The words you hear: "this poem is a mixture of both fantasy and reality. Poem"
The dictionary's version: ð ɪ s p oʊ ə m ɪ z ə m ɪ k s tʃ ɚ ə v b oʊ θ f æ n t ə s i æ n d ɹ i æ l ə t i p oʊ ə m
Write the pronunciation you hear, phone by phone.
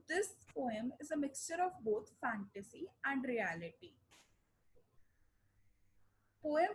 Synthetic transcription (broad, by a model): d ɪ s p oʊ ə m ɪ z ə m ɪ k s tʃ ɚ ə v b oʊ t f æ n t ə s i æ n d ɹ i æ l ə t i p oʊ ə m